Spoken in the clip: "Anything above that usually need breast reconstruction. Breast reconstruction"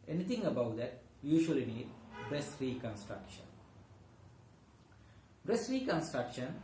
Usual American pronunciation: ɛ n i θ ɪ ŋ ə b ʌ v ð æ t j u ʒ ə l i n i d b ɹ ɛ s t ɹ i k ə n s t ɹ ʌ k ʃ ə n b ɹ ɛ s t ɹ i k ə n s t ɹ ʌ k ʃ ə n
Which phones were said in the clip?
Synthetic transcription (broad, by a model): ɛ n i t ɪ ŋ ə b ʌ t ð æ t j u ʃ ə l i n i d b ɹ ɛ s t ɹ i k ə n s t ɹ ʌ k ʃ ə n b ɹ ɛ s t ɹ i k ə n s t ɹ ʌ k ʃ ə n